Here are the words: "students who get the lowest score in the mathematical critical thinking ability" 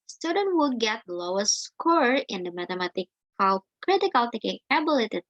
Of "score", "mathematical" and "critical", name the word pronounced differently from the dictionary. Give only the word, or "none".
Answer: mathematical